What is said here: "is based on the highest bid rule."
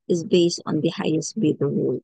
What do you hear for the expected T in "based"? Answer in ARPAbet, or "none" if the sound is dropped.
T